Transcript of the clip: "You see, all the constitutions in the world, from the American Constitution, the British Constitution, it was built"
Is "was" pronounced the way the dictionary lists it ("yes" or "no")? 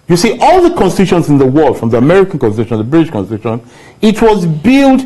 yes